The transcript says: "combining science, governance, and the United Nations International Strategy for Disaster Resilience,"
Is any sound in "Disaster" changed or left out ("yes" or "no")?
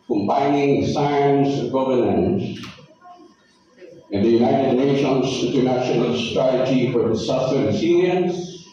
yes